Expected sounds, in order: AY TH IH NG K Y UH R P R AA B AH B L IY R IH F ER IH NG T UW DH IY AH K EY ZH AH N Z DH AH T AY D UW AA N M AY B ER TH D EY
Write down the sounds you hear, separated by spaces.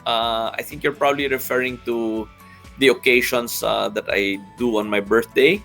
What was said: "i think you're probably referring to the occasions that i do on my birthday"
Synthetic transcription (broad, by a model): AY TH IH NG K Y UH R P R AA B AH B L IY R IH F ER IH NG T UW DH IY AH K EY SH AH N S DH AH T AY D UW AA N M AY B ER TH D EY